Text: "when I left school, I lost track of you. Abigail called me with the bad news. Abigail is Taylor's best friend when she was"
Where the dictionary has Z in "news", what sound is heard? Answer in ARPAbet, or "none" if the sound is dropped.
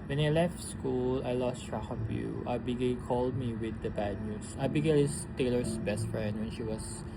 S